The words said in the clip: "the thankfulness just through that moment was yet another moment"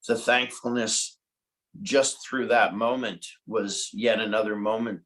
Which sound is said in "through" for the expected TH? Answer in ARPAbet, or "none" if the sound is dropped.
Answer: TH